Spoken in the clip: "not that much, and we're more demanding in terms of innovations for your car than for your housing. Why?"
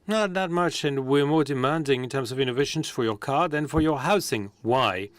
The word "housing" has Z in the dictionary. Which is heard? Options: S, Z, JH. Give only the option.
S